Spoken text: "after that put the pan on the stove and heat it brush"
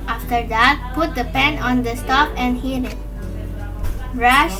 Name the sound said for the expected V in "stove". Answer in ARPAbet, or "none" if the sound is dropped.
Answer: P